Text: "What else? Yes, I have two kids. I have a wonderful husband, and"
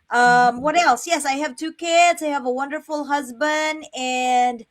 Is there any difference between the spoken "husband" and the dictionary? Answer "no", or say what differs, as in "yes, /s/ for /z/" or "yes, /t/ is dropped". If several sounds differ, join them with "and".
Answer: no